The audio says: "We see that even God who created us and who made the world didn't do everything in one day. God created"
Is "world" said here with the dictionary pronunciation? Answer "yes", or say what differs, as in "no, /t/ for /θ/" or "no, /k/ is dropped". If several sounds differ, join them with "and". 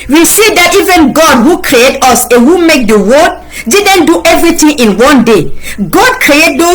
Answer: no, /l/ is dropped